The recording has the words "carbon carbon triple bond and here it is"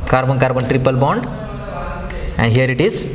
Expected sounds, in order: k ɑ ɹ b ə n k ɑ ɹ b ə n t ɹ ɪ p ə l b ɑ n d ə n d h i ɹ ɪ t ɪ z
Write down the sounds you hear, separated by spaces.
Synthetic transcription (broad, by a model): k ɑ ɹ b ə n k ɑ ɹ b ə n t ɹ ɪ p ə l b ɑ n d ə n d h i ɹ ɪ t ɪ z